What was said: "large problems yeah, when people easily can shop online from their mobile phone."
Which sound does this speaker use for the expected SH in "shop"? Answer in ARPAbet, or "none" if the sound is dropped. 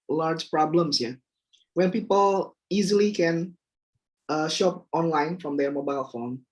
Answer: SH